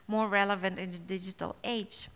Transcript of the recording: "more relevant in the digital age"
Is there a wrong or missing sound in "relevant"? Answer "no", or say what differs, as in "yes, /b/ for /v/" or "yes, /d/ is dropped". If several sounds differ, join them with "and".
no